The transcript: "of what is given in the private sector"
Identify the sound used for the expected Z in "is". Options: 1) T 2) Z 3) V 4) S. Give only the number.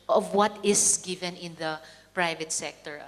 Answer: 4